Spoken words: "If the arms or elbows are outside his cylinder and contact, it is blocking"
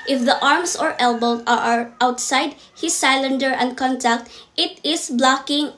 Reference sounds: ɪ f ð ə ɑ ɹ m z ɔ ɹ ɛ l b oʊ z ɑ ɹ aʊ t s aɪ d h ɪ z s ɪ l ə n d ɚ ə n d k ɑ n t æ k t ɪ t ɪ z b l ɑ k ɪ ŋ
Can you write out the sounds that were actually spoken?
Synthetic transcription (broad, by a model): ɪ f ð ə ɑ ɹ m s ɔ ɹ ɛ l b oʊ ɑ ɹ aʊ t s aɪ d h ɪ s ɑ l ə n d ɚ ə n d k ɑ n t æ k t ɪ t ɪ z b l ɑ k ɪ ŋ